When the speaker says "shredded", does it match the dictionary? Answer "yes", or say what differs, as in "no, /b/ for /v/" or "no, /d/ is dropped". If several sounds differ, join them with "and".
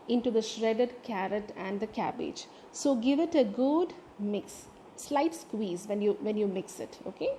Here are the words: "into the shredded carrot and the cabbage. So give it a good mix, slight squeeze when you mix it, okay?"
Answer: yes